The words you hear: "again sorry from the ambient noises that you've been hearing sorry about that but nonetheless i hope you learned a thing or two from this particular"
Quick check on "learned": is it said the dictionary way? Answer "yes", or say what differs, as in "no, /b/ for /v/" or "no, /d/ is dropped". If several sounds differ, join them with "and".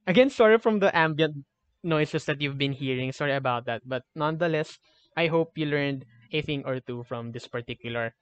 yes